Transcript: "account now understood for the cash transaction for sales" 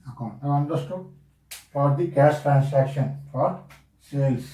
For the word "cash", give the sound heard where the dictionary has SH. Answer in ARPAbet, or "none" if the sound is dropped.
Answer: S